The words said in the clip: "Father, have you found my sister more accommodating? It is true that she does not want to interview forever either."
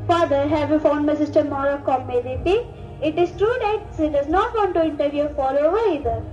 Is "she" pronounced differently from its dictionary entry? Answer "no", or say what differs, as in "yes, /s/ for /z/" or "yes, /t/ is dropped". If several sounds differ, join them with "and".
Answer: yes, /s/ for /ʃ/